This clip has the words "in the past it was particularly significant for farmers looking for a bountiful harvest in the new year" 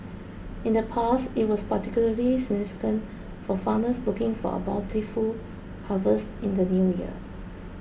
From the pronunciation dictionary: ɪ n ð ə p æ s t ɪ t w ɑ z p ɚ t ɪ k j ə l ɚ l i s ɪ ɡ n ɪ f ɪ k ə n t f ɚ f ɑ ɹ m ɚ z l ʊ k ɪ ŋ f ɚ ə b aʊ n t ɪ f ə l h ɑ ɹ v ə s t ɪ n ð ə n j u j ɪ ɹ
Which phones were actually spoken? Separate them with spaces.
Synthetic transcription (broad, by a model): ɪ n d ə p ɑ s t ɪ t w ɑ s p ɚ t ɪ k j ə l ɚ l i s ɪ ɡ n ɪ f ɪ k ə n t f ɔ f ɑ m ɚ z l ʊ k ɪ ŋ f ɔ ə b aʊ l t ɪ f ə h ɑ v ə s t ɪ n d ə n j u j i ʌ